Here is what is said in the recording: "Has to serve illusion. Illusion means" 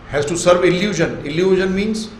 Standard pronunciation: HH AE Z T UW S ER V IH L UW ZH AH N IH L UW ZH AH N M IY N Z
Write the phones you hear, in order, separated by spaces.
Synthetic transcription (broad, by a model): HH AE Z T UW S ER V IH L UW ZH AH N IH L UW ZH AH N M IY N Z